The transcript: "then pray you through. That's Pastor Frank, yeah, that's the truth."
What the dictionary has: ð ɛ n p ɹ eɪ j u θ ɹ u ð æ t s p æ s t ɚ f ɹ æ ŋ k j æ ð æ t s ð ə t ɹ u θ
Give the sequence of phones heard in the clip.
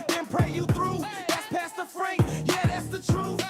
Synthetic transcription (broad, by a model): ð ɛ n p ɹ eɪ j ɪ θ ɹ u ð æ t s p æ s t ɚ f ɹ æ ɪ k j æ ð æ t s ð ə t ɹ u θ